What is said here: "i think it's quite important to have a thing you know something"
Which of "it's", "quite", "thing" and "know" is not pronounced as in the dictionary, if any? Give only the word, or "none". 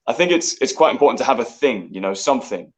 none